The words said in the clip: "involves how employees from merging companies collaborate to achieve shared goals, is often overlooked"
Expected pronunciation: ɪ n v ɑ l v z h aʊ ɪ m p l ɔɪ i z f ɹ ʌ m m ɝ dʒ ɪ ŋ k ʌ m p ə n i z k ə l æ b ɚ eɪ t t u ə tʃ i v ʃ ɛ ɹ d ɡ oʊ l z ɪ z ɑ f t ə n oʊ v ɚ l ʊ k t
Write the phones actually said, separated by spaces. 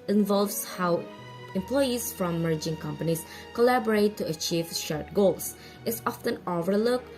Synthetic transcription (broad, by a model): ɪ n v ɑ l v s h aʊ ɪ m p l ɔɪ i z f ɹ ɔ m m ɝ dʒ ɪ ŋ k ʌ m p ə n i s k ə l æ b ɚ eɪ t t u ə tʃ i v ʃ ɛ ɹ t ɡ oʊ l s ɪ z ɑ f t ə n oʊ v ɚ l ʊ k